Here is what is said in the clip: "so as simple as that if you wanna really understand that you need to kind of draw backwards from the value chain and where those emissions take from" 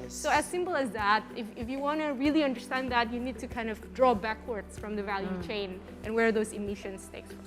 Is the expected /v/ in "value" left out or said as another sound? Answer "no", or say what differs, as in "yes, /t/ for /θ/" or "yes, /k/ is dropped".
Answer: no